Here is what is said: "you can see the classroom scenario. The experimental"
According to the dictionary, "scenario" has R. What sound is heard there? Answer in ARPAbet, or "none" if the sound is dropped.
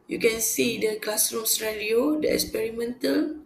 L